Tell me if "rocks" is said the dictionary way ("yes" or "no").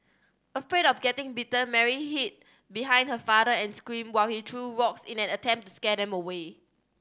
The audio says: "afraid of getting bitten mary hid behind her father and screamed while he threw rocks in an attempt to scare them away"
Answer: no